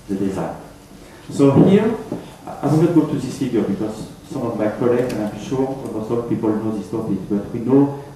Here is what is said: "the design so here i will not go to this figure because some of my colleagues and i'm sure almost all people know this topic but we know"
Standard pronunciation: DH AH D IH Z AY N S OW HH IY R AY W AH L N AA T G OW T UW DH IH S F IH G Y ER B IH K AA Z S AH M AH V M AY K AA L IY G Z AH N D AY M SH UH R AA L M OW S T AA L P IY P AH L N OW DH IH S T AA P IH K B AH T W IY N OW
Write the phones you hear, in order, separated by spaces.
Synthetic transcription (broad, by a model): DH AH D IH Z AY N S OW HH IY R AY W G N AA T G OW T UW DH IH S F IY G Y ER B IH K AA Z S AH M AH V M AY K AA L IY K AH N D AY M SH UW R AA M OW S AA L P IY P AH L N OW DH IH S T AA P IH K B AH T W IY N OW